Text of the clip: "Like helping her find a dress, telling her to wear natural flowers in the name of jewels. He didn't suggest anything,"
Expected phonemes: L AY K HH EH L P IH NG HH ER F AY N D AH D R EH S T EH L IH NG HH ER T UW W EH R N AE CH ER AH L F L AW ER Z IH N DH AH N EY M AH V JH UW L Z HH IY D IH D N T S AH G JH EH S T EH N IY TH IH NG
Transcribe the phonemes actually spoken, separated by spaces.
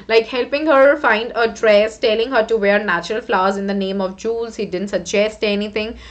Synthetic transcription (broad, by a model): L AY K HH EH L P IH NG HH ER F AY N D AH D R EH S T EH L IH NG HH ER T UW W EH R N AE CH ER AH L F L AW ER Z IH N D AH N EY M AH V JH UW L Z HH IY D IH D N T S AH G JH EH S T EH N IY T IH NG